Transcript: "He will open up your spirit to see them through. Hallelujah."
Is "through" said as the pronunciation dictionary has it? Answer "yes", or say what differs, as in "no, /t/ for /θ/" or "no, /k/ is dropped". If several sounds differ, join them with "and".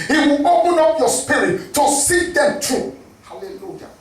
no, /t/ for /θ/